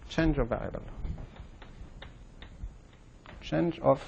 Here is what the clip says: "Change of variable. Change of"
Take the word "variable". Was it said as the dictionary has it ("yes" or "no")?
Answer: no